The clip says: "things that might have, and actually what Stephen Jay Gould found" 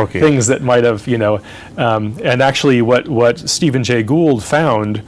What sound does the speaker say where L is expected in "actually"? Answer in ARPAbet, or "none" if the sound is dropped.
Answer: W